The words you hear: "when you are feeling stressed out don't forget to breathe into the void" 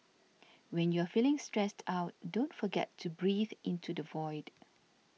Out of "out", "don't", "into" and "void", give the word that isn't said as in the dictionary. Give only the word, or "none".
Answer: none